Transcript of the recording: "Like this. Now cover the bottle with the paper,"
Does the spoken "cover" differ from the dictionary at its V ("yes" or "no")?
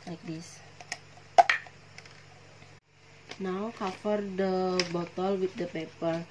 yes